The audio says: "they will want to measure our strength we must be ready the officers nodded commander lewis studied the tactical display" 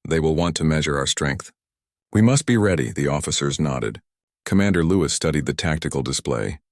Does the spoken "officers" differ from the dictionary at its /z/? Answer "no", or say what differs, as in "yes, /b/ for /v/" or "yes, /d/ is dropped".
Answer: no